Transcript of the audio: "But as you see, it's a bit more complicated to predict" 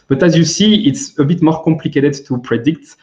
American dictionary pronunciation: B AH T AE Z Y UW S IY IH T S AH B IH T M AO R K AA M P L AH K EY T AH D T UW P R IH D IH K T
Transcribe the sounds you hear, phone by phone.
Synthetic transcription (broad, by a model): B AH T AE Z Y UW S IY IH T S AH B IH T M AO R K AA M P L AH K EY T AH D T UW P R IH D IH K T